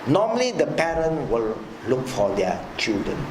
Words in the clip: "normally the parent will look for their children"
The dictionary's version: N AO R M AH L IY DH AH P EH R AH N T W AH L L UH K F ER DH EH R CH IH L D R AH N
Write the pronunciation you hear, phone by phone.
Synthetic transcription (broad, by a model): N AO M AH L IY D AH P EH R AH N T W AH L L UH K F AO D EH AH CH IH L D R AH N